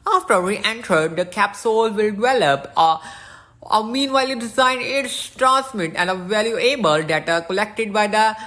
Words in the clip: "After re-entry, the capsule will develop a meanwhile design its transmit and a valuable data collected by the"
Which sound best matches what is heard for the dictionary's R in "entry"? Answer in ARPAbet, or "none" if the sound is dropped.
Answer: none